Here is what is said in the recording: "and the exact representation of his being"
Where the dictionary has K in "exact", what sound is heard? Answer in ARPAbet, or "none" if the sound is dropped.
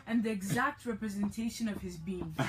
K